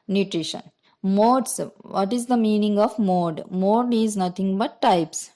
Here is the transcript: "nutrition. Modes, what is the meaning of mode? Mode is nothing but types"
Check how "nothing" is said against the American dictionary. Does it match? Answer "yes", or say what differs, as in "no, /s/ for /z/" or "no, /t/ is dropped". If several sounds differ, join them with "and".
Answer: no, /t/ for /θ/